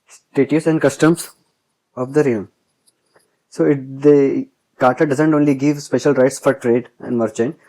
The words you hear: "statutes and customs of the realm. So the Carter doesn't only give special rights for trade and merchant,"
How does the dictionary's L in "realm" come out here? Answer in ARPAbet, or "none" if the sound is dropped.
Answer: none